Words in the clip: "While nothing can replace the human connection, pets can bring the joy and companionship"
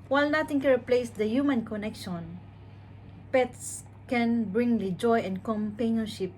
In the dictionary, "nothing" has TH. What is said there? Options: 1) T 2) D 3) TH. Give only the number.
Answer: 1